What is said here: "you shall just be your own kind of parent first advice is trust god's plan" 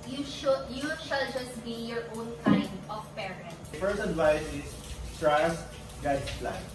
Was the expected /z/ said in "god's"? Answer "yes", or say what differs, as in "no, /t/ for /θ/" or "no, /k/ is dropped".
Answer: no, /s/ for /z/